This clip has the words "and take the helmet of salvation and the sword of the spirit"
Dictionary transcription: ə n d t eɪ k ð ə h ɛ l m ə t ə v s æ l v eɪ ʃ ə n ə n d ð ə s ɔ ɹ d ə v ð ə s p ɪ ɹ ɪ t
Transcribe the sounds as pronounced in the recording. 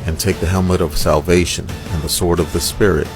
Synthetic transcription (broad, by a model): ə n t eɪ k ð ə h ɛ l m ə t ə v s æ l v eɪ ʃ ə n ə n ð ə s ɔ ɹ d ə v ð ə s p ɪ ɹ ɪ t